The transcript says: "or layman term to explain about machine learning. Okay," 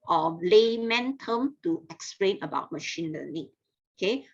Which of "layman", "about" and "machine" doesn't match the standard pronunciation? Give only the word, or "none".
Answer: none